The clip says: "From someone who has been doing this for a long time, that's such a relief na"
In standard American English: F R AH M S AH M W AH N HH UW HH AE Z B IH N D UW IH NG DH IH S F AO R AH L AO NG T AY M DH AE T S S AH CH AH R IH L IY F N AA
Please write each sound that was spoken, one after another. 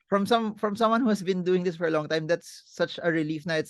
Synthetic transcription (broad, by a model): F R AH M S AH M W AH N HH UW HH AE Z B IH N D UW IH NG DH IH S F AO R AH L AO NG T AY M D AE T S S AH CH AH R IH L IY F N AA